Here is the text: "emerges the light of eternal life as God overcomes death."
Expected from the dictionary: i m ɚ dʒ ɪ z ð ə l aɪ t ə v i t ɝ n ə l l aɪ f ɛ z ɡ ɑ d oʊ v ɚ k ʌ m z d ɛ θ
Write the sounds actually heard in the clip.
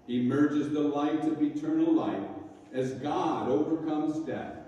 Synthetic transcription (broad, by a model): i m ɚ dʒ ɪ z ð ə l aɪ t ə v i t ɝ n l l aɪ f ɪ z ɡ ɑ d oʊ v ɚ k ʌ m z d ɛ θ